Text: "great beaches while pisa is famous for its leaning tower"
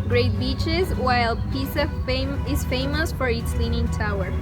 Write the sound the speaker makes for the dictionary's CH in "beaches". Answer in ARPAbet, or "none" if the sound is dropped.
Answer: CH